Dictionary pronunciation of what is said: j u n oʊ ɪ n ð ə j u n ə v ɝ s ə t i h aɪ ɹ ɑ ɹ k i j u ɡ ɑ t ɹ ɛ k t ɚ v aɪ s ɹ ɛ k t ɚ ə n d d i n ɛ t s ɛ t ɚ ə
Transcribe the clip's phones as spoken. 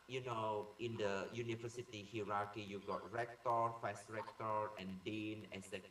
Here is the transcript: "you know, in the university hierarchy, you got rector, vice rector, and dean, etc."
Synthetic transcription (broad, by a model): j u n oʊ ɪ n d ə j u n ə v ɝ s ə t i h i ɹ ɑ k i j u ɡ ɑ t ɹ ɛ k t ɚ f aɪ s ɹ ɛ k t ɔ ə n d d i n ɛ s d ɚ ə